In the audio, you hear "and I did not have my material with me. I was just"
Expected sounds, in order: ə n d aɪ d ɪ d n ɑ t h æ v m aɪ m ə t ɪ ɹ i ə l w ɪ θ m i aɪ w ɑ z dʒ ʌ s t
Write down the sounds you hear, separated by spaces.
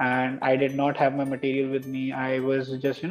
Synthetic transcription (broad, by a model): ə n d aɪ d ɪ d n ɑ t h æ v m aɪ m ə t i ɹ i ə l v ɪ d m i aɪ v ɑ z dʒ ʌ s t